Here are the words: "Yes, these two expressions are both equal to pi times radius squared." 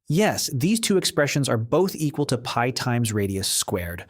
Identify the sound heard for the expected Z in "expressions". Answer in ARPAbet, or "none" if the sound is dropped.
Z